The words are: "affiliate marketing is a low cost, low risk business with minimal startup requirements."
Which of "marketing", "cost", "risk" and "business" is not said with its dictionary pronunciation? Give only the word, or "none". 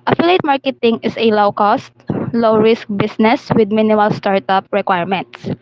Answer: business